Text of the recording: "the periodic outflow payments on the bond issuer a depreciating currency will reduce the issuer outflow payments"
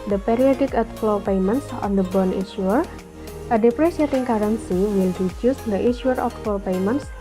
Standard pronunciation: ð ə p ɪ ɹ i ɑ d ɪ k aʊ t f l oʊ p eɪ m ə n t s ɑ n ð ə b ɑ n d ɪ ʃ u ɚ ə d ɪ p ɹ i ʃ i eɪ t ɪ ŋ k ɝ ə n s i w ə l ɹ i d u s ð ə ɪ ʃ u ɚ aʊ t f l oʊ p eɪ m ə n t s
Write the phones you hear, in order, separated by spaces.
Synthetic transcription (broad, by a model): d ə p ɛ ɹ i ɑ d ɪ k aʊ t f l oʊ p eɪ m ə n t s ɑ n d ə b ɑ n ɪ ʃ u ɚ ə d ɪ p ɹ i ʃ i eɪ t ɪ ŋ k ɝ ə n s i w ə l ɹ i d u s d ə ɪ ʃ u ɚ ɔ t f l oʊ p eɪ m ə n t s